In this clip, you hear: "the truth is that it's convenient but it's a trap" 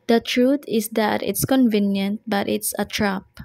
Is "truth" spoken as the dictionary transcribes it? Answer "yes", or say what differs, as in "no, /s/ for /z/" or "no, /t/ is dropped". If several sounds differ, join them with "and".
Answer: no, /t/ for /θ/